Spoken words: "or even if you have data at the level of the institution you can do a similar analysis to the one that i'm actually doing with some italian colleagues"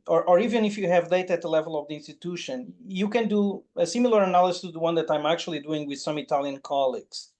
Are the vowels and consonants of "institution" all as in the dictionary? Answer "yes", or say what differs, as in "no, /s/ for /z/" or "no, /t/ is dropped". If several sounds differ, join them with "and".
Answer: yes